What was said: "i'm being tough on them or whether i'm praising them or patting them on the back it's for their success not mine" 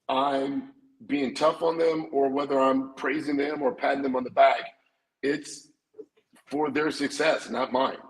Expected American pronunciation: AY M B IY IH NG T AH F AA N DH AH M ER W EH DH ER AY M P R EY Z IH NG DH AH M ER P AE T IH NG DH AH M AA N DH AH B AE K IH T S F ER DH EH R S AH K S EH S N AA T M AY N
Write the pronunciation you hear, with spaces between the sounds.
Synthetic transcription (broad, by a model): AY M B IY IH NG T AH F N DH AH M ER W EH DH ER AY M P R EY Z IH NG DH AH M ER P AE T IH NG DH AH M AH N DH AH B AE K IH T S F ER DH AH R S AH K S EH S N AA T M AY N